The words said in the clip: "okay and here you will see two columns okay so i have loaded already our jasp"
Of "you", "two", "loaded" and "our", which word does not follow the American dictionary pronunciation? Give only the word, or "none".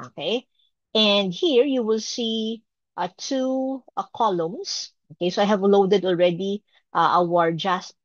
none